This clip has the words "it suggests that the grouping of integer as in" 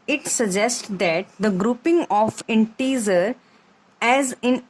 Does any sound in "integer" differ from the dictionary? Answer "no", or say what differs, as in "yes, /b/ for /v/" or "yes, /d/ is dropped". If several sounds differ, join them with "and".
yes, /z/ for /dʒ/